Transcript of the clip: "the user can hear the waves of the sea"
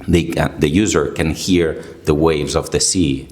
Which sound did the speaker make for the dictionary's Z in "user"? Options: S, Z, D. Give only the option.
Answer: Z